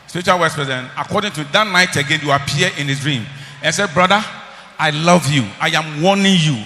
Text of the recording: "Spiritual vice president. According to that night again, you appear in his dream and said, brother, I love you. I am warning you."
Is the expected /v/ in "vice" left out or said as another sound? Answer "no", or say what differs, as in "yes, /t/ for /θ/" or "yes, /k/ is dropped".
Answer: yes, /w/ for /v/